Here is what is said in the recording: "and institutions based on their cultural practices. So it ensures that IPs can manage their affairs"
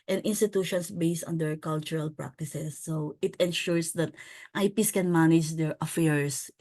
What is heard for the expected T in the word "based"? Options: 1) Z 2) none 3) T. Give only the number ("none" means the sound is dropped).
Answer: 3